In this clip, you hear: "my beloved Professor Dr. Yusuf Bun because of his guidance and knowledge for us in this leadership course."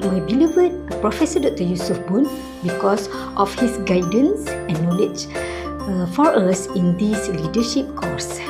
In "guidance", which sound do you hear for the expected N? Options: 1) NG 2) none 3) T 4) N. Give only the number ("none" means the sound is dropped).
4